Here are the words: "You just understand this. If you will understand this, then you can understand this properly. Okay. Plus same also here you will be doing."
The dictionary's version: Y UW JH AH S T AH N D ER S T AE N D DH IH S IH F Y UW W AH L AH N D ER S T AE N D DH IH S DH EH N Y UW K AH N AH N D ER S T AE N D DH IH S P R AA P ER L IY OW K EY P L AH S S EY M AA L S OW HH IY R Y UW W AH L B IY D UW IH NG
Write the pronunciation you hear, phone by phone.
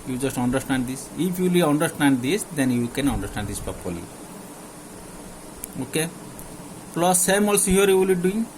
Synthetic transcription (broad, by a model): Y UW JH AH S T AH N D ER S T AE N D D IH S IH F Y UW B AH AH N D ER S T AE N D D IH S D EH N Y UW K AH N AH N D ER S T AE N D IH S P AA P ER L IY OW K EY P L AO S S EY M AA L S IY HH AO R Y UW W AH L B IY D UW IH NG